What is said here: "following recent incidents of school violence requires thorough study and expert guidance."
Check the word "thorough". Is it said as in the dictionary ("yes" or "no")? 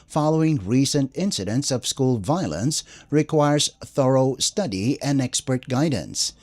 yes